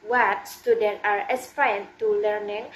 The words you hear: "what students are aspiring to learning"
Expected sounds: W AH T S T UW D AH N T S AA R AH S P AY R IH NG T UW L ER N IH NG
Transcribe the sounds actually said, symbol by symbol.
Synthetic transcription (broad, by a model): W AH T S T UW D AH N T AA R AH S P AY IH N T UW L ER N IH NG